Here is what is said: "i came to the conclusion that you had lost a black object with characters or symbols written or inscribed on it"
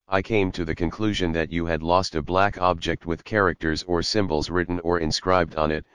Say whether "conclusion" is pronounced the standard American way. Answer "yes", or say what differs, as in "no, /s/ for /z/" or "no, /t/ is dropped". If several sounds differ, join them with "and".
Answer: yes